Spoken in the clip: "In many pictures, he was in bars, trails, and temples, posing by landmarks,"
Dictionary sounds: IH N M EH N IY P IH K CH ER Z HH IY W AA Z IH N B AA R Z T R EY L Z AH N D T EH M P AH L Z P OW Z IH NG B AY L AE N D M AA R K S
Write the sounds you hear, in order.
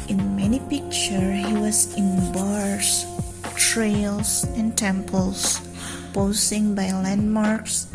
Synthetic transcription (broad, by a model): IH N M EH N IY P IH K CH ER HH IY W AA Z IH N B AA R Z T R EY L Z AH N T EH M P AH L S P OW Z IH NG B AY L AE N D M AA R K S